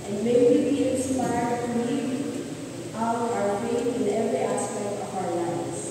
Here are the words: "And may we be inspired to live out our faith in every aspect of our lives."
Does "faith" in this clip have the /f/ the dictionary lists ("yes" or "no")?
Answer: no